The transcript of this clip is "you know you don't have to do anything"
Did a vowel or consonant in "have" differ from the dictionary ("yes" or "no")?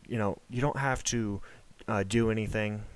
yes